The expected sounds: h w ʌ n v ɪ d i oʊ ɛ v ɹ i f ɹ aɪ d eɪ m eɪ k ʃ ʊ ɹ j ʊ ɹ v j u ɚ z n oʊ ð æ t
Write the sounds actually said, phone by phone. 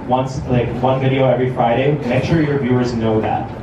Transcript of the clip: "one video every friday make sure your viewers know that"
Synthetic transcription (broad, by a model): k w ʌ n v ɪ d i oʊ ɛ v ɹ i f ɹ aɪ d eɪ m eɪ k ʃ ʊ ɹ j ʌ ɹ v j u ɚ z n oʊ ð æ t